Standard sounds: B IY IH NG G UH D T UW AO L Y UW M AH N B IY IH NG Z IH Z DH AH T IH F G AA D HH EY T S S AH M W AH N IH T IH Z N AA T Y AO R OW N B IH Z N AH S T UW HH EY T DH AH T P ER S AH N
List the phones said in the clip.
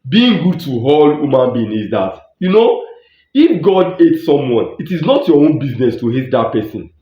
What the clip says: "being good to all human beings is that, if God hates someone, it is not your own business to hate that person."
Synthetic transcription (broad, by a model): B IY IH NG G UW D T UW AO L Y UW M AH N B IY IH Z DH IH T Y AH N IH F G AA D EY T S S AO M W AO N IH T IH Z N AA T Y AO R OW N B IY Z N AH S T UW HH EY T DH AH T P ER S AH N